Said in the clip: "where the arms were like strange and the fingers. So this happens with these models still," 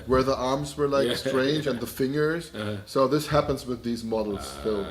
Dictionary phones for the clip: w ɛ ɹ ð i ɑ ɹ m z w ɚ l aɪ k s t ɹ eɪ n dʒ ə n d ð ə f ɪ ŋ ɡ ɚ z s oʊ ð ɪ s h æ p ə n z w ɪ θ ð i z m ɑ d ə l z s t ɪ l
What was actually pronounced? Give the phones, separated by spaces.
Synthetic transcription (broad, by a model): w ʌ ɹ ð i ɑ ɹ m z w ɚ l aɪ k s t ɹ eɪ n dʒ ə n ð ə f ɪ ŋ ɡ ɚ z s oʊ ð ɪ s h æ p ə n z w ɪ ð i z m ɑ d l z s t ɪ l